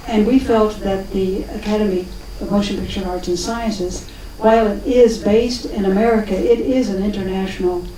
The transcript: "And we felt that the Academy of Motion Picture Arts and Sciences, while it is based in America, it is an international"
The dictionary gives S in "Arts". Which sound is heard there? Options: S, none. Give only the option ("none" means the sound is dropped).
none